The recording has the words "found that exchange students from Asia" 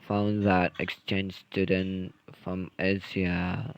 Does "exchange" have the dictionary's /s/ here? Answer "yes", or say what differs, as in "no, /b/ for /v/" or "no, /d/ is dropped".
yes